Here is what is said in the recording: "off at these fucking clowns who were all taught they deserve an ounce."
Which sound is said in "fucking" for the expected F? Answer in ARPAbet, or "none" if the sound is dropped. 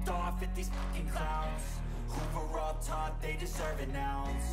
P